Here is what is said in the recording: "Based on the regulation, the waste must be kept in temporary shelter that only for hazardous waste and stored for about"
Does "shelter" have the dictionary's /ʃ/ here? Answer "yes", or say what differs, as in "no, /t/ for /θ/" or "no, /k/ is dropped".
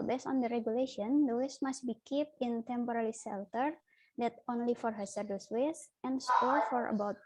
no, /s/ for /ʃ/